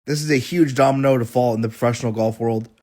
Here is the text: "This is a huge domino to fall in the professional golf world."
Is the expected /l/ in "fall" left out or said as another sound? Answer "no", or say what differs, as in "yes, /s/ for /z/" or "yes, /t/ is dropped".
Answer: no